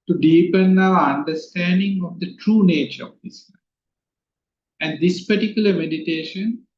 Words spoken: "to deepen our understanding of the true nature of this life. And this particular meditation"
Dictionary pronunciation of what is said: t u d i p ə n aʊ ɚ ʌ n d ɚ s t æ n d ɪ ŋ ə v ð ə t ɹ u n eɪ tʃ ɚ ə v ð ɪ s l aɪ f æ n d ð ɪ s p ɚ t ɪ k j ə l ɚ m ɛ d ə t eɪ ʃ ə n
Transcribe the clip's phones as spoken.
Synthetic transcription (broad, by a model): t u d i p ə n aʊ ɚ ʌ n d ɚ s t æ n d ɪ ŋ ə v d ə t ɹ u n eɪ tʃ ɚ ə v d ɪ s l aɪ æ n d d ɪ s p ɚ t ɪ k j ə l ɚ m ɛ d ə t eɪ ʃ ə n